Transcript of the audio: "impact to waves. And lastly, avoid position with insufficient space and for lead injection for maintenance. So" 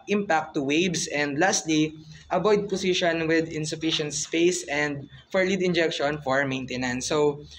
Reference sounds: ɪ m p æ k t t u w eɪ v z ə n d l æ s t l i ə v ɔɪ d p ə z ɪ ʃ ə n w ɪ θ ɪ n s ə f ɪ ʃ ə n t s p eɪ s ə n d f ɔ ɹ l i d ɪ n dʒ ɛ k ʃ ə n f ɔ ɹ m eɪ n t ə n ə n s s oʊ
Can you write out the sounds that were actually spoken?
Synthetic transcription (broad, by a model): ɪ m p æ k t t u w eɪ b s ə n d l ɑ s t l i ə b ɔɪ d p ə s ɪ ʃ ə n w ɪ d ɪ n s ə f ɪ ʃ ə n t s p eɪ s ə n d f ɔ ɹ l i d ɪ n dʒ ɛ k ʃ ə n f ɔ ɹ m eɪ n t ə n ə n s s oʊ